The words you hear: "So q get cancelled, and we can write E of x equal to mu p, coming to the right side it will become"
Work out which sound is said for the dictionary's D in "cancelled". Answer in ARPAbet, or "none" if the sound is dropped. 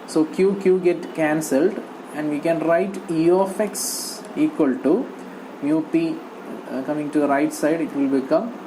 D